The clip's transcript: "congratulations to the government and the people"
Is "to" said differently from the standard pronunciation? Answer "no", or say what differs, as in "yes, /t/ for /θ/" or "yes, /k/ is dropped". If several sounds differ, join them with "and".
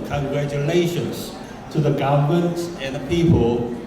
no